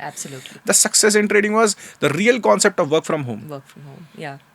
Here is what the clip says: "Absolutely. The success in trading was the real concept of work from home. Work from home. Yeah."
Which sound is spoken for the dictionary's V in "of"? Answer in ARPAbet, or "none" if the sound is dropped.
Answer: V